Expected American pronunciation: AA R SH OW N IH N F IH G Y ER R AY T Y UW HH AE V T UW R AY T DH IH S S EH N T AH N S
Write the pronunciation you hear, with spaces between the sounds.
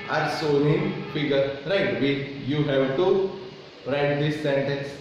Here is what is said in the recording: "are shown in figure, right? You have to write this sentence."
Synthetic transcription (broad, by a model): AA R S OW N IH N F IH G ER R AY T Y UW HH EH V T UW R AY T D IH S S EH N T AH N S